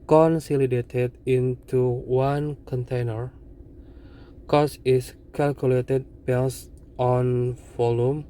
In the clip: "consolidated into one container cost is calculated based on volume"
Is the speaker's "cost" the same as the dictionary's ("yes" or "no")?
no